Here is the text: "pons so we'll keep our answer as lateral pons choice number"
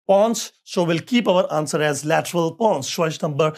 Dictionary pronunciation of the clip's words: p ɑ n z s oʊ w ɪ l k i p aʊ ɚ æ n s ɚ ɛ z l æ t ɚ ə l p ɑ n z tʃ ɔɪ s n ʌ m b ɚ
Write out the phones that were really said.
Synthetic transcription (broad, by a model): p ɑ n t s oʊ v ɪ l k i p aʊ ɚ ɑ n s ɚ ɛ z l æ t ɚ ə l p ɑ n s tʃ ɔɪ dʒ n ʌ m b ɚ